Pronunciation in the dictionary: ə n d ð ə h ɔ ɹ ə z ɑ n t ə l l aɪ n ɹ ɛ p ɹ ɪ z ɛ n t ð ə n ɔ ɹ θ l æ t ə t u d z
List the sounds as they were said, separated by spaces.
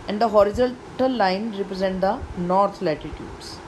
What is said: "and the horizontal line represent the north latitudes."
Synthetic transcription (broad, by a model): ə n d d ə h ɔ ɹ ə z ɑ l t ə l l aɪ n ɹ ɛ p ɹ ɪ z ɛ n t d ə n ɔ ɹ t l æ t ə t u d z